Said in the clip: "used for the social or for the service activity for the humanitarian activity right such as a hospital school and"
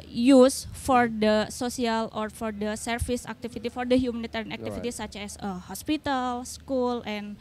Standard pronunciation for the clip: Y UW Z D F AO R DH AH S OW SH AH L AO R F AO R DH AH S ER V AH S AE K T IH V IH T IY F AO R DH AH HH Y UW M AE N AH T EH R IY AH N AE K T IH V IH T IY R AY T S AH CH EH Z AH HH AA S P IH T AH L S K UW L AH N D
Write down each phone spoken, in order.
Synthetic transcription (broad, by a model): Y UW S F AO R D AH S OW S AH L AO R F AO R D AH S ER F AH S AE K T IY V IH T IY F AO R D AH HH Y UW M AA N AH T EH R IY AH N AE K T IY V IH T IY S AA CH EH S AH HH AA S P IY T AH L S K UW L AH N